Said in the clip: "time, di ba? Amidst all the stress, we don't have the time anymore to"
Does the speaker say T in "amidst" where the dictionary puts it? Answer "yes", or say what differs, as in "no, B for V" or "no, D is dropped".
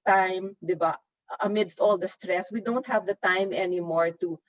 yes